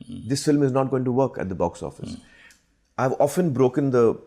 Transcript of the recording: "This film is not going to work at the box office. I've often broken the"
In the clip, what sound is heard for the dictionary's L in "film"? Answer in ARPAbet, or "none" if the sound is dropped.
L